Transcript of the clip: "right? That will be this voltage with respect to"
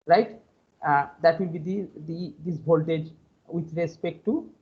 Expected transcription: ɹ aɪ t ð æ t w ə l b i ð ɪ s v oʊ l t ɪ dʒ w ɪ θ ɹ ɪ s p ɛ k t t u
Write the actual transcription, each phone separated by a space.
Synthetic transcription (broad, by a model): ɹ aɪ t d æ t w ə l b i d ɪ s b oʊ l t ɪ dʒ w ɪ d ɹ ɪ s p ɛ k t t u